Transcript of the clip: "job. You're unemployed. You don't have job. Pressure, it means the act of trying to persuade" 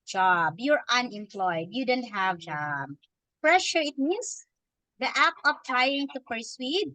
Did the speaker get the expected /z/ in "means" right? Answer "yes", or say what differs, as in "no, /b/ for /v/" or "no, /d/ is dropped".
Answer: no, /s/ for /z/